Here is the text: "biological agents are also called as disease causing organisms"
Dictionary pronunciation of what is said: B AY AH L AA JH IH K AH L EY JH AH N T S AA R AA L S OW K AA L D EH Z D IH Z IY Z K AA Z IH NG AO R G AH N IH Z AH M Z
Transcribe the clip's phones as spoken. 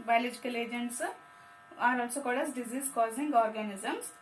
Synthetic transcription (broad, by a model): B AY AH L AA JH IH K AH L EY JH AH N T S AA R AA L S OW K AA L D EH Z D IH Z IY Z K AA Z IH NG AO R G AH N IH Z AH M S